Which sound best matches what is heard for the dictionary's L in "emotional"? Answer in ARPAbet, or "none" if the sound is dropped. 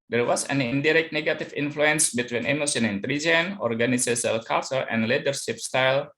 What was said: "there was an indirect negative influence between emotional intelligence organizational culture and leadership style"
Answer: N